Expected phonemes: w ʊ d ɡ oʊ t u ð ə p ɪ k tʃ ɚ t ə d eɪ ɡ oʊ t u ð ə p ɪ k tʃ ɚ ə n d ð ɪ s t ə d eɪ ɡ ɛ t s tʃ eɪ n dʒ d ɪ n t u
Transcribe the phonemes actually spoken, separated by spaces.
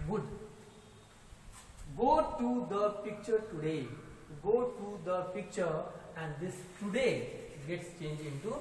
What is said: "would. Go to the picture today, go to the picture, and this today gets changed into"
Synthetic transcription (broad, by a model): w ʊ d ɡ oʊ t u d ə p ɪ k tʃ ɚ t ə d eɪ ɡ oʊ t u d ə p ɪ k tʃ ɚ ə n d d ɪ s t ə d eɪ ɡ ɛ t s tʃ eɪ n dʒ ɪ n t u